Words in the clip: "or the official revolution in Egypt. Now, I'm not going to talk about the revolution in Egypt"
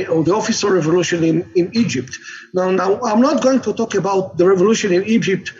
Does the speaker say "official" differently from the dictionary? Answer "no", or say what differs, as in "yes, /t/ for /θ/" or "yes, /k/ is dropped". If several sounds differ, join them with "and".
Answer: yes, /s/ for /ʃ/